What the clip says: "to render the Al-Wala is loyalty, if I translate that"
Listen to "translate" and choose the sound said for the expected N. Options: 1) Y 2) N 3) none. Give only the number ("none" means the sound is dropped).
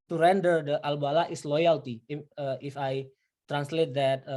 2